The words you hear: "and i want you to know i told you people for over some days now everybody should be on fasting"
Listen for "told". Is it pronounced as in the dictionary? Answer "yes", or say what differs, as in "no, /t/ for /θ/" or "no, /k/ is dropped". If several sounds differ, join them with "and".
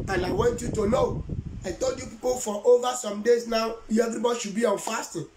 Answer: yes